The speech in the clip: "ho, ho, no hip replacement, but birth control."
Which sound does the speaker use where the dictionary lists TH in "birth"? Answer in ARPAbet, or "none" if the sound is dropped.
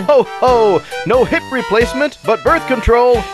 TH